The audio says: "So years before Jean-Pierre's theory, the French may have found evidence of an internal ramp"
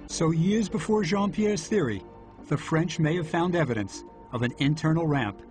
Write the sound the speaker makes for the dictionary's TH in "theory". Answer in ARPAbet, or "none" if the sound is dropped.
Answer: TH